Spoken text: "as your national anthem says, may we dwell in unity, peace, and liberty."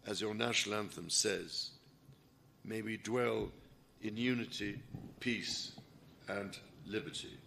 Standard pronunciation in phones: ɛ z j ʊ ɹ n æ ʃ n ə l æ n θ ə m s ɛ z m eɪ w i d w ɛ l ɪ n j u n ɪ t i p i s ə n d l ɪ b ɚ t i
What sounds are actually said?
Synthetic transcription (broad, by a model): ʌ z j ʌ ɹ n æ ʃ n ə l æ n θ ə m s ɛ z m eɪ w i d w ɛ l ɪ n j u n ɪ t i p i s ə n l ɪ b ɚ t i